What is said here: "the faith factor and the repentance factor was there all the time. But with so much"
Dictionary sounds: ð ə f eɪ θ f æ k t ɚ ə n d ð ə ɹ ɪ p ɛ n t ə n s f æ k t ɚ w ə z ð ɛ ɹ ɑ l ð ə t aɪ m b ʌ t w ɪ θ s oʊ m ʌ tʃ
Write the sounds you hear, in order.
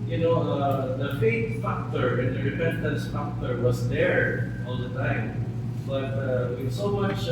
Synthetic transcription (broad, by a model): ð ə f eɪ t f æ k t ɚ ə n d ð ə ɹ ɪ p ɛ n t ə n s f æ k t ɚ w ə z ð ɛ ɹ ɑ l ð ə t aɪ m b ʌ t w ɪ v s oʊ m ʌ tʃ